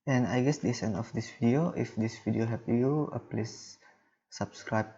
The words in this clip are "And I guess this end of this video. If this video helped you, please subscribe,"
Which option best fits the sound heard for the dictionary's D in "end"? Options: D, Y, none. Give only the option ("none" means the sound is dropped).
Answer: none